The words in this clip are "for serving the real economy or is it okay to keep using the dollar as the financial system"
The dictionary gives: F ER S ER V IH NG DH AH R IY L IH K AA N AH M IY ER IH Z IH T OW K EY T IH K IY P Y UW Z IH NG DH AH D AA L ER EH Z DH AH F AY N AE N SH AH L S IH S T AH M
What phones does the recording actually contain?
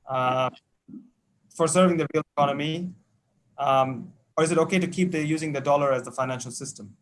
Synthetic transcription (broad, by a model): F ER S ER V IH NG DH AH R IY L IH K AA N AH M IY ER IH Z IH T OW K EY T IH K IY P Y UW Z IH NG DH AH D AA L ER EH Z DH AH F AY N AE N SH AH L S IH S T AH M